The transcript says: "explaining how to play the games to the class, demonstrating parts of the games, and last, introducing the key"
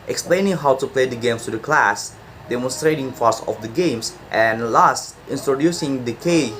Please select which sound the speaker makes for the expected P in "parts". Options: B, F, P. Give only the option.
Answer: F